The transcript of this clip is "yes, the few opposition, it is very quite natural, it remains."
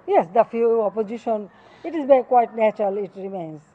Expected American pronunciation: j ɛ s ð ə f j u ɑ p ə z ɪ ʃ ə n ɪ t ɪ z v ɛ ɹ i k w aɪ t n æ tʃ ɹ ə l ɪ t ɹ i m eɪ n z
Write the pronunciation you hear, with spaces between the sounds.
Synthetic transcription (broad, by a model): j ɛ s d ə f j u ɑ p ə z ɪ ʃ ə n ɪ t ɪ z b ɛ k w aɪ t n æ tʃ ɹ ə l ɪ t ɹ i m eɪ n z